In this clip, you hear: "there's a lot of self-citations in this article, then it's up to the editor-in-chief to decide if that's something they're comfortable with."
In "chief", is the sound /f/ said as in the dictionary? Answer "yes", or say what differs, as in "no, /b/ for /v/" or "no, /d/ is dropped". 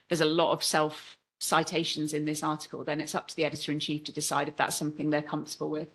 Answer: yes